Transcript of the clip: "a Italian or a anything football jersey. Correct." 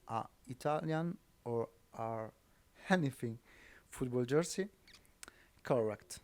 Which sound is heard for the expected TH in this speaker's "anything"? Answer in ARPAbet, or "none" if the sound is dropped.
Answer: F